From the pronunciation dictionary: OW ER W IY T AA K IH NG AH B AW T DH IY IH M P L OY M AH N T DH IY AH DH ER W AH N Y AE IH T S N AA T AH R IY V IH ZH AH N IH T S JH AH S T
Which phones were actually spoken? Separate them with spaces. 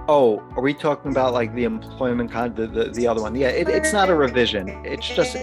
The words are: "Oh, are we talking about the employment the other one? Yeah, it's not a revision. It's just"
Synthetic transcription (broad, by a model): OW ER W IY T AA K IH NG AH B AW T DH IY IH M P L OY M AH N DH DH IY AH DH ER W AH N Y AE IH T S N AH T AH R IY V IH ZH AH N IH T S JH AH S T